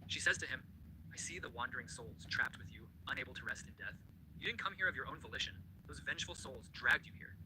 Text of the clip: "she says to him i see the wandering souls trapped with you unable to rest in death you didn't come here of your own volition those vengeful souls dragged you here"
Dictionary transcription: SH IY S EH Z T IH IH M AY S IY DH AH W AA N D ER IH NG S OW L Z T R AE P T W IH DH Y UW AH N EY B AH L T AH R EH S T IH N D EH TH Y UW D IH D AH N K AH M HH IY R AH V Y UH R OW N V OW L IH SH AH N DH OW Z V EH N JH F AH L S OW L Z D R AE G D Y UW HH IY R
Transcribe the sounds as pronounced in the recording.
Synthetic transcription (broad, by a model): SH IY S EH Z T IH IH M AY S IY DH AH W AA N D ER IH NG S OW L Z T R AE P T W IH DH Y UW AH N EY B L T AH R EH S T IH N D EH TH Y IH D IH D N K AH M HH IY R AH V Y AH R OW N V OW L IH SH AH N DH OW Z V EH N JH F L S OW L Z D R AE G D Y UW HH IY R